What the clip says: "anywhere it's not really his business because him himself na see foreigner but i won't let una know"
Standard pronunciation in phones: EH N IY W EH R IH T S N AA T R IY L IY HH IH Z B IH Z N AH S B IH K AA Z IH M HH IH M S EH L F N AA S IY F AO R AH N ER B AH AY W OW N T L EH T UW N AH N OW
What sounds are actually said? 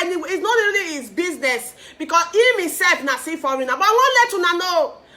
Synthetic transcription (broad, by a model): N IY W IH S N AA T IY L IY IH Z B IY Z N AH S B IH K AA S IH M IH S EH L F N AA S IY F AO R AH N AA B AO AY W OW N L EH T UW N AH N OW